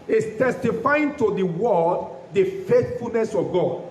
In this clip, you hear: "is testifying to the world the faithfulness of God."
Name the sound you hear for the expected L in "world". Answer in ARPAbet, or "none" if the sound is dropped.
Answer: none